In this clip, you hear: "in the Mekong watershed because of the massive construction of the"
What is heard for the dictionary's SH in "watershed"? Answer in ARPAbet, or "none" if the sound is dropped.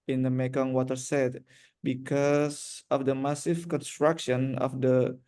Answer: S